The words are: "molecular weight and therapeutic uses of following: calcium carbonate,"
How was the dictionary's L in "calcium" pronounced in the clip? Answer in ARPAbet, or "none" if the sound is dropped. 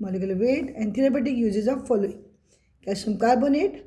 none